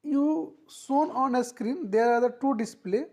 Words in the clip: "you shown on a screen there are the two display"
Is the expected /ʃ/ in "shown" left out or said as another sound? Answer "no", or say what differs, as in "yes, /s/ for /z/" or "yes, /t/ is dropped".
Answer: yes, /s/ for /ʃ/